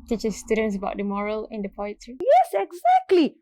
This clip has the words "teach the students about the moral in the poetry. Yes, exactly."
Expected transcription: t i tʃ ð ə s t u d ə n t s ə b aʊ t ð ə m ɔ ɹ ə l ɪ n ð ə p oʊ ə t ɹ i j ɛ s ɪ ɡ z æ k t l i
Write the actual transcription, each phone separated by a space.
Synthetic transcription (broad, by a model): t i tʃ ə s t u d ə n t s ə b aʊ t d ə m ɔ ɹ ə l ɪ n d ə p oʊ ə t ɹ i j ɛ s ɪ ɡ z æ k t l i